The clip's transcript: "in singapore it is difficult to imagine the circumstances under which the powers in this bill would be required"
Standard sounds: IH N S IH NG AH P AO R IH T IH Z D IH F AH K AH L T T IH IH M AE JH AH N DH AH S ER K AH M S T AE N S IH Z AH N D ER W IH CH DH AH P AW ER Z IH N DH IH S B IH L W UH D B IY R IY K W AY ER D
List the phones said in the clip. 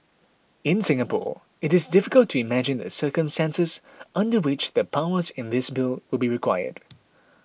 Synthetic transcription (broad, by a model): IH N S IH NG AH P AO R IH T IH Z D IH F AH K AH L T T IH IH M AE JH AH N DH AH S ER K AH M S T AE N S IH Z AH N D ER W IH CH DH AH P AW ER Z IH N DH IH S B IH L W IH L B IY R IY K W AY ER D